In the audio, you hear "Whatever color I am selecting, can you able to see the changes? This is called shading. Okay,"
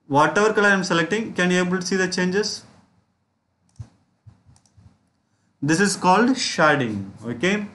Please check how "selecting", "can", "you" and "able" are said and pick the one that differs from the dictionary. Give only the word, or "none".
none